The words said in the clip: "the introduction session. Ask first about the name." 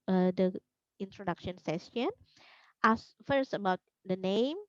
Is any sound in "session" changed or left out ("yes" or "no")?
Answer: yes